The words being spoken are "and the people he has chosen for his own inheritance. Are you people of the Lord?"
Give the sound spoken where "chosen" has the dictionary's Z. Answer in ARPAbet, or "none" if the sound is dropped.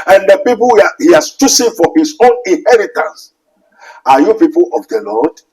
S